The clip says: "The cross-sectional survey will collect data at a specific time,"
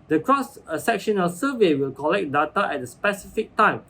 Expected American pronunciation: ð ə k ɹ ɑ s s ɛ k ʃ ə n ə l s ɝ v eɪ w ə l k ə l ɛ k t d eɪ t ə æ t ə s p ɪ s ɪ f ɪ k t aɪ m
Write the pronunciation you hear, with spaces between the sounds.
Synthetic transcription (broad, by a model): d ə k ɹ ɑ s s ɛ k ʃ ə n ə l s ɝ v eɪ w ə l k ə l ɛ k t d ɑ t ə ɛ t ə s p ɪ s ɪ f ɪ k t aɪ m